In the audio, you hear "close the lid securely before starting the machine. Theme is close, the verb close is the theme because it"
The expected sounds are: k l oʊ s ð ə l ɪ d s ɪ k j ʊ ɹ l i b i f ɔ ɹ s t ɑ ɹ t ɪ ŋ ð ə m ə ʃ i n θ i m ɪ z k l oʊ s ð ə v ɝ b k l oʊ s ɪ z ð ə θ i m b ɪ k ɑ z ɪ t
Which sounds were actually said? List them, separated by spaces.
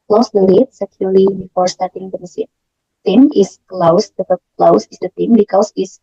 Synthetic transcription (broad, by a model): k l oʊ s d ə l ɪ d s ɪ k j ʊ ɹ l i b i f ɔ ɹ s t ɑ ɹ t ɪ ŋ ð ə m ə s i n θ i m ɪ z k l oʊ s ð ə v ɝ k l oʊ s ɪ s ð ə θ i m b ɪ k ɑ s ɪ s